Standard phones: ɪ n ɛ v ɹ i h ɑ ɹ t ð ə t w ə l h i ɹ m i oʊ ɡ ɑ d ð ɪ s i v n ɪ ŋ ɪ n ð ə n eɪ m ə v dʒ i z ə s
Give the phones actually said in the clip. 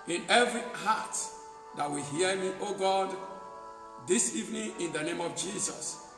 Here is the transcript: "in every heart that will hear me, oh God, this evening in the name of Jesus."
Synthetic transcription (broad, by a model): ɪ n ɛ v ɹ i h ɑ t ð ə t w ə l h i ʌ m i oʊ ɡ ɑ d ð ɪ s i v n ɪ ŋ ɪ n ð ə n eɪ m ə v dʒ i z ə s